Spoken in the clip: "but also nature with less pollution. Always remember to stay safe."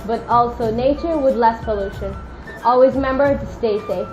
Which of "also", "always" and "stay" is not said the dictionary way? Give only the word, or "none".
none